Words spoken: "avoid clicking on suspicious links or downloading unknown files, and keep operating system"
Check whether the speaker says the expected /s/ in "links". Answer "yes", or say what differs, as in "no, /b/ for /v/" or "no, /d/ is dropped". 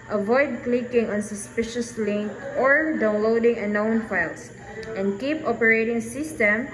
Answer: no, /s/ is dropped